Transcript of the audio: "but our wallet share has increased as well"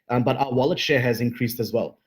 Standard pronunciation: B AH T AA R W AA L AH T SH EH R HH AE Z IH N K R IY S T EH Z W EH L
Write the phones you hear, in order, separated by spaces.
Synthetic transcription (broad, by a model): B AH T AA W AA L AH T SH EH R HH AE Z IH N K R IY S T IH Z W EH L